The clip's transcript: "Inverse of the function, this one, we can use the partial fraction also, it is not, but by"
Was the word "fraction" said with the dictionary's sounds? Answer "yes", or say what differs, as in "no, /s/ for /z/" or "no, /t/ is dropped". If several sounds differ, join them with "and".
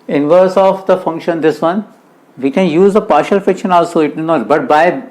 no, /ɹ/ is dropped